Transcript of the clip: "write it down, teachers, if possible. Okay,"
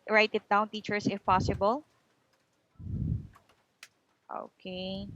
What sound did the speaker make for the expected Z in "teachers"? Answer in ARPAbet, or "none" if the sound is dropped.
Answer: S